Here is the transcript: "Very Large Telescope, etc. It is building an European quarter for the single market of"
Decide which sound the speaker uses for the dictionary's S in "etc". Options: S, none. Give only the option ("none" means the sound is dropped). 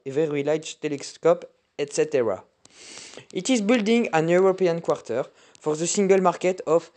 S